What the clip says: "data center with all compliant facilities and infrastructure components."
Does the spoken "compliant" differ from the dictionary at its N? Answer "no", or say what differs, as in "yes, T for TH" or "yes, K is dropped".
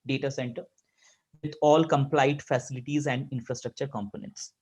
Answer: yes, N is dropped